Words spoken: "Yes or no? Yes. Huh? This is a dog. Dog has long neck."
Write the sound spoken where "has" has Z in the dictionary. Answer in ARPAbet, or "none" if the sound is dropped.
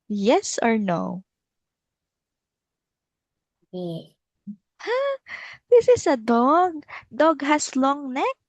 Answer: S